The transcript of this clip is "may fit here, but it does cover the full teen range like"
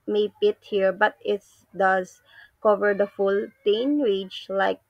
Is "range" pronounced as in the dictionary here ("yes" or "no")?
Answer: no